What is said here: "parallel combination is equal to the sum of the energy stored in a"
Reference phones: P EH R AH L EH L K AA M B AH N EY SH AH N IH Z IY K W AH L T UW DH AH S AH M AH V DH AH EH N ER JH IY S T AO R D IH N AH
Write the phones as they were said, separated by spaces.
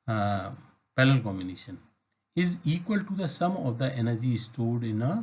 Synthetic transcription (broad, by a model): P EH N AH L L K AA M B AH N EY SH AH N IH Z IY K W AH L T UW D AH S AH M AH V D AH EH N ER JH IY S T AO D IH N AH